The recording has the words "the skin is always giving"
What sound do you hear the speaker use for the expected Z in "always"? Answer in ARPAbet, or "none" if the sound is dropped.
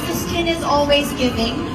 Z